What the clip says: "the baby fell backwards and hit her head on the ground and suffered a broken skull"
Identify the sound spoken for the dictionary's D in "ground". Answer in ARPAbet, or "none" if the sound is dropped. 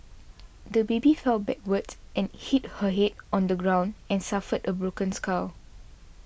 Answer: D